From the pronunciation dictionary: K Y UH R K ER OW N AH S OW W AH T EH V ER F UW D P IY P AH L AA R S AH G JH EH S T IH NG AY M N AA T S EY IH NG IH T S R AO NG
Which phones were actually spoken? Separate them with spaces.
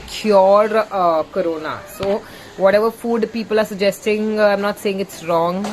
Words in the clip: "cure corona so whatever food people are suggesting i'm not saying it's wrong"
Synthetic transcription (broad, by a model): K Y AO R K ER OW N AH S OW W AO T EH V ER F UW D P IY P AH L AA R S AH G JH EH S T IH NG AY M N AA T S EY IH NG IH T S R AO NG